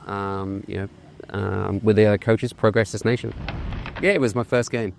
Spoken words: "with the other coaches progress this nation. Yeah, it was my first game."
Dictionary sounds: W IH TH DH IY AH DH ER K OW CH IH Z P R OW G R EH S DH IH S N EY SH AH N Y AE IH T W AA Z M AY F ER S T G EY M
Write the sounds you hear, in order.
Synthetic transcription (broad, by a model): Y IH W DH IY AH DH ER K OW CH IH Z P R OW G R EH S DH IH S N EY SH AH N Y AE IH T W AA Z M AY F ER S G EY M